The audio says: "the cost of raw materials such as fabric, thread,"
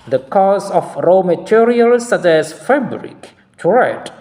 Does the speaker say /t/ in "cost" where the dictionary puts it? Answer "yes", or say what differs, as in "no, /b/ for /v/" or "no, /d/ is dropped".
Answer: no, /t/ is dropped